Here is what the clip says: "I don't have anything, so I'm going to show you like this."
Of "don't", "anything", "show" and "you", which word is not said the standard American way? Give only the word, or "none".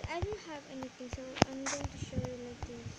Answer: anything